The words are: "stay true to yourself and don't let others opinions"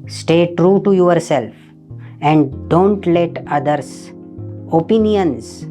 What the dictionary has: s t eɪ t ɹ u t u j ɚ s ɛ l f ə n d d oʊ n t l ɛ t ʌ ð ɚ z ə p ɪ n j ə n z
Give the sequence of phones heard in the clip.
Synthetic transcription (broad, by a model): s t eɪ t ɹ u t u j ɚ s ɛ l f ə n d d oʊ n t l ɛ t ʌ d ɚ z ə p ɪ n j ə n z